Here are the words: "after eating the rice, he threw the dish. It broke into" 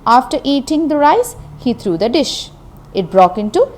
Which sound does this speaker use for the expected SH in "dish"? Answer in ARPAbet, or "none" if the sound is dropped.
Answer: SH